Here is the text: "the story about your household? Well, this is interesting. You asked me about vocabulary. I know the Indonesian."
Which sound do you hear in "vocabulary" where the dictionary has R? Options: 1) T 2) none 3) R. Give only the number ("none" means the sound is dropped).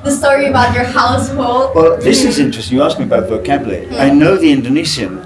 2